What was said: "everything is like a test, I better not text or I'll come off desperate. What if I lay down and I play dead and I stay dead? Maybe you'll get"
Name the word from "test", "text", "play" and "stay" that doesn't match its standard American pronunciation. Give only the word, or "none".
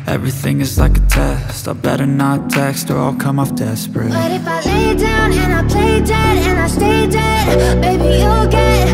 none